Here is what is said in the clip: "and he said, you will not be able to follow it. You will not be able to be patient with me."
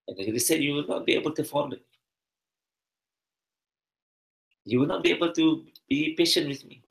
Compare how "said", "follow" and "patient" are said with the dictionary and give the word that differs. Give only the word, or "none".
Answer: follow